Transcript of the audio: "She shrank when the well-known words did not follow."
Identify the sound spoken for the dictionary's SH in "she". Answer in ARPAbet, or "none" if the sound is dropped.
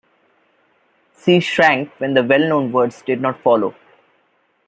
S